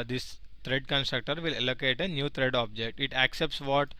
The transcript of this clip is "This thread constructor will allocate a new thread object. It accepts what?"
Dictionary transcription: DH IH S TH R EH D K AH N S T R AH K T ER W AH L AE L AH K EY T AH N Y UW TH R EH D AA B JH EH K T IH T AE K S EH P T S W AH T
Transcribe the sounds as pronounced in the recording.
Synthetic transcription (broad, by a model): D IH S T R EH D K AH N S T R AH K T ER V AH L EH L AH K EY T AH N Y UW T R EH D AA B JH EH K T IH T AE K S EH P T S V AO T